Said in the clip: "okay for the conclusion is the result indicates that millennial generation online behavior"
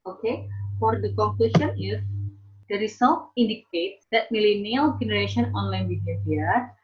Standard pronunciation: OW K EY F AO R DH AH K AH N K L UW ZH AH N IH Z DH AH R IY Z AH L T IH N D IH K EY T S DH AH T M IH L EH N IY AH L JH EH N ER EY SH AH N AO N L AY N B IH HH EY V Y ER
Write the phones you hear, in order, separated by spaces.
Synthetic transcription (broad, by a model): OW K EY F AO R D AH K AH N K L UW SH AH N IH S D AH R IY S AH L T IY N D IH K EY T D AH T M IH L EH N IY AH L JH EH N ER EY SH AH N AO N L AY N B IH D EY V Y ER